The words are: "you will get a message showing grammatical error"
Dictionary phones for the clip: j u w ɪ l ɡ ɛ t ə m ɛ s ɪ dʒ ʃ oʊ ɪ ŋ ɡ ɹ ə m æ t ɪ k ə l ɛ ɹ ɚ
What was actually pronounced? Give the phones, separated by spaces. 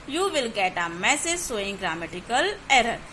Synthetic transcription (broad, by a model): j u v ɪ l ɡ ɛ t ə m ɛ s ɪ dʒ s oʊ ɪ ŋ ɡ ɹ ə m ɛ t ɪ k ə l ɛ ɹ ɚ